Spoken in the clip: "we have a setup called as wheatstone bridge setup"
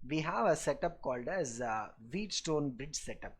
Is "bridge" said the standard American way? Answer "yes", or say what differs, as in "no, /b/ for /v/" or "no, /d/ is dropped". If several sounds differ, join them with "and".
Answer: yes